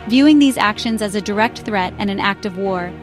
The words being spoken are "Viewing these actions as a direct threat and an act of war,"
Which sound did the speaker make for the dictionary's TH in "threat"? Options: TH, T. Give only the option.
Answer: TH